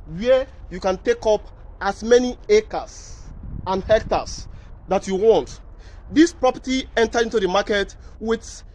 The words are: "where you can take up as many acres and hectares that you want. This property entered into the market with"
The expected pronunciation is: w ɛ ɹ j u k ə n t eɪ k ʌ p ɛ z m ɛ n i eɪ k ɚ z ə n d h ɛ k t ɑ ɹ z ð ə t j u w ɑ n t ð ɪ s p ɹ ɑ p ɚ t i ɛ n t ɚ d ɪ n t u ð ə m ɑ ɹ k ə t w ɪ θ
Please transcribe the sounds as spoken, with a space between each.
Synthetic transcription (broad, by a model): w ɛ j u k ə n t eɪ k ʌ p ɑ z m ɛ n i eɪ k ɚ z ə n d h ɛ k t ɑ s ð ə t j u w ɑ n t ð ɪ s p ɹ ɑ p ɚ t i ɛ n t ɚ ɪ n t u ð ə m ɑ k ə t w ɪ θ